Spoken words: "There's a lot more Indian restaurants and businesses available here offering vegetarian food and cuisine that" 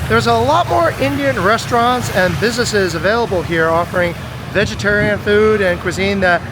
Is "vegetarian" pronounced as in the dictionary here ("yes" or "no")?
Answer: yes